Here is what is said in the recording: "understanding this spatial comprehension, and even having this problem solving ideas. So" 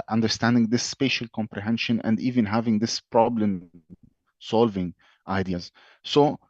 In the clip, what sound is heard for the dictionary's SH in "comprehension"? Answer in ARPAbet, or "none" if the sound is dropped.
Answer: SH